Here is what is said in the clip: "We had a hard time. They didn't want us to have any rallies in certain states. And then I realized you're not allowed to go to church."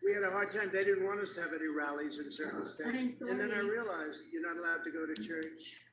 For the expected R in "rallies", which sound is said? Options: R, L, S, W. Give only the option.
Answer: R